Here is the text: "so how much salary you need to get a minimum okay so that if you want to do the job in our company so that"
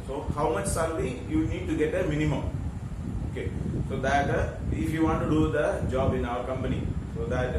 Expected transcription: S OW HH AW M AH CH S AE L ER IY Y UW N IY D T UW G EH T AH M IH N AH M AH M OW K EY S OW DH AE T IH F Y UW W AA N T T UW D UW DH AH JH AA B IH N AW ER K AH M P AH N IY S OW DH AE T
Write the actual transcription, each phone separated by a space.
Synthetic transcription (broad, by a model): S OW HH AW M AH CH S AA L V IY Y UW N IY D T UW G EH T AH M IH N AH M AH M OW K EY S OW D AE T IH F Y UW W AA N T T UW D UW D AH JH AA B IH N AW ER K AH M P AH N IY S OW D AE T